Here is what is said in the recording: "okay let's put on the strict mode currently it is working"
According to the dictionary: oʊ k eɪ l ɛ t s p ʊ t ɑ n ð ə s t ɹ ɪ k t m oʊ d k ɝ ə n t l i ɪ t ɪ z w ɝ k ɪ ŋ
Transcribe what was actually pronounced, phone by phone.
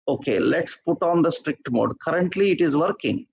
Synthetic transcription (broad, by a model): oʊ k eɪ l ɛ t s p ʊ t ɑ n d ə s t ɹ ɪ k t m oʊ d k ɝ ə n t l i ɪ t ɪ z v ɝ k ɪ ŋ